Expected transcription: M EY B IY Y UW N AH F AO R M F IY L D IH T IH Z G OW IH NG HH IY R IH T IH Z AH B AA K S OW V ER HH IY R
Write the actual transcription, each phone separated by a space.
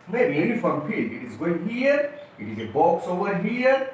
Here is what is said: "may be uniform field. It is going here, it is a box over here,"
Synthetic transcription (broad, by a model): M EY B IY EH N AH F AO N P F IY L IH T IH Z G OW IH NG HH IY R IH T IH Z AH B AA K S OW ER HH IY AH